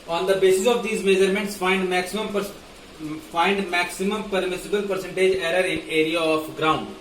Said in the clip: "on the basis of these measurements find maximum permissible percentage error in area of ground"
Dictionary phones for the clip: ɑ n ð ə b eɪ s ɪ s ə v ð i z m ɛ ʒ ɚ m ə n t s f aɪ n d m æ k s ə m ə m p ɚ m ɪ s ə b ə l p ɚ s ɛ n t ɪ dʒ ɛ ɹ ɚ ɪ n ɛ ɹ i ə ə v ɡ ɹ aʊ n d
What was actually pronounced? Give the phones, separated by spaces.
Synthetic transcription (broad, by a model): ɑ n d ə b eɪ s ɪ s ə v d i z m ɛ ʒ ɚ m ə n t s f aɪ n d m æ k s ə m ə m p ɚ m ɪ s ə b ə l p ɚ s ɛ n t ɪ dʒ ɛ ɹ ɚ ɪ n ɛ ɹ i ə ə p ɡ ɹ aʊ n d